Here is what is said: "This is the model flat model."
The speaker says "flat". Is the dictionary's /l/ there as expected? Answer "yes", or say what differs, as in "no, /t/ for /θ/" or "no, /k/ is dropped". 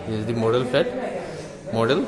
no, /l/ is dropped